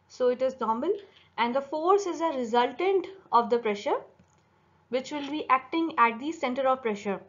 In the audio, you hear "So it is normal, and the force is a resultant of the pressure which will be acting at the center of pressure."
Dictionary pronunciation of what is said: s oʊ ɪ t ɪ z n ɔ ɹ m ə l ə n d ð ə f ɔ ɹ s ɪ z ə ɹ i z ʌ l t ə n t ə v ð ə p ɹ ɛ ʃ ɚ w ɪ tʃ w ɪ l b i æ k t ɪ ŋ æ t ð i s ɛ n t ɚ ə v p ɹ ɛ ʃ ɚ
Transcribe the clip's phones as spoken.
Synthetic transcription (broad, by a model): s oʊ ɪ t ɪ z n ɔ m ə l ə n d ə f ɔ ɹ s ɪ z ə ɹ i z ʌ l t ə n t ə v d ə p ɹ ɛ ʃ ɚ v ɪ tʃ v ɪ l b i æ k t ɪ ŋ æ t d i s ɛ n t ɚ ə v p ɹ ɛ ʃ ɚ